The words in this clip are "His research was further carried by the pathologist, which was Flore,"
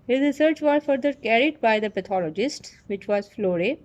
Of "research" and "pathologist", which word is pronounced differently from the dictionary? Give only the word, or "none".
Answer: pathologist